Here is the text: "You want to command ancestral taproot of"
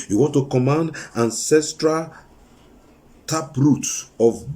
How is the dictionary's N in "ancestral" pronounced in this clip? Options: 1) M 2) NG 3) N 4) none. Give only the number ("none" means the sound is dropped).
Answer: 3